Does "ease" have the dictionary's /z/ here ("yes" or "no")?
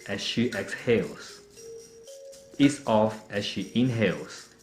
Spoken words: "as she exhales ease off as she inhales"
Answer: no